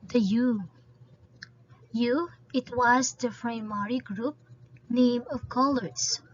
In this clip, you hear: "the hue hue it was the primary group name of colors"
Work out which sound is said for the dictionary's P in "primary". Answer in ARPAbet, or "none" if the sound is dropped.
F